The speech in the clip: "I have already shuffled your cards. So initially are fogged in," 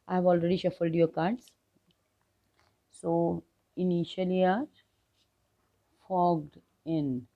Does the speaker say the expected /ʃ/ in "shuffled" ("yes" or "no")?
yes